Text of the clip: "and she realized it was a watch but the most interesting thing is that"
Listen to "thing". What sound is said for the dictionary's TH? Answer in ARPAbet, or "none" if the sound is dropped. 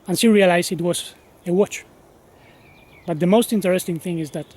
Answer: TH